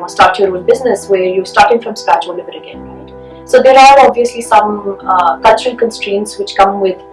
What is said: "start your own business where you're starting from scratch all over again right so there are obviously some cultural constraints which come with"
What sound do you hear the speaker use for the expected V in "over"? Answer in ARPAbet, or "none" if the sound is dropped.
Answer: B